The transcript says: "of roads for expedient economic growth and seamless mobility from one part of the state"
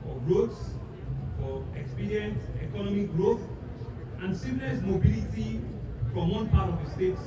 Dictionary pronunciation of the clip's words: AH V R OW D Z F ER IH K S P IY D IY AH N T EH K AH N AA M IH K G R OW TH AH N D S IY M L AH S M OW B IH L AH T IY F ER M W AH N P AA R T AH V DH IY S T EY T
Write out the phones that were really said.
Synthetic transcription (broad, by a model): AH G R OW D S F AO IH K S P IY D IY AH N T EH K AH N AA M IH K G R OW TH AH N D S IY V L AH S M OW B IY L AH T IY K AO M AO N P AA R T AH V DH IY S T EY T